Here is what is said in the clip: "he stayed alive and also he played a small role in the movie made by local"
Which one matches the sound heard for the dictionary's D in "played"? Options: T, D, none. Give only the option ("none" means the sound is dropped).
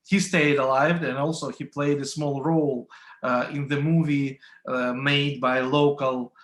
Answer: D